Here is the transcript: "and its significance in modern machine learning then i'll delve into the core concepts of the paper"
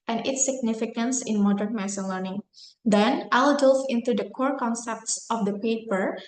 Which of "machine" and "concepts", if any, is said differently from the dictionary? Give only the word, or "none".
machine